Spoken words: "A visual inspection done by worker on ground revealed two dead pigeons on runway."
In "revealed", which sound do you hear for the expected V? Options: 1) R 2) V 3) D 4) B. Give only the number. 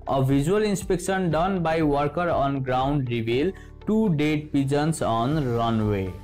4